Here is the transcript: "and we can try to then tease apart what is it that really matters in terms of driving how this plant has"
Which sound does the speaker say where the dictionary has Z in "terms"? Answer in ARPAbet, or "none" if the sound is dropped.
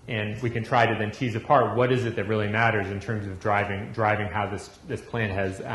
Z